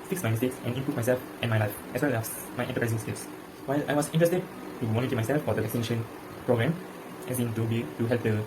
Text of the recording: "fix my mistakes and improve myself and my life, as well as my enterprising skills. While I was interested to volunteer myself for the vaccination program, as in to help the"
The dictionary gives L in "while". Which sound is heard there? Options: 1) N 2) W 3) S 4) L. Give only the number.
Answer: 4